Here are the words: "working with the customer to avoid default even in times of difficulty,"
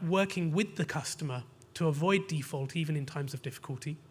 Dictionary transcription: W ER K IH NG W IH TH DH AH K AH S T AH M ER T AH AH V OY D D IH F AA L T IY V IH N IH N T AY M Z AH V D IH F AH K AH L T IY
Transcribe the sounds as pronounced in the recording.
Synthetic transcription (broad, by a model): W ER K IH NG W IH DH AH K AH S T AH M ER T AH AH V OY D D IH F AA L T IY V IH N IH N T AY M Z AH V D IH F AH K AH L T IY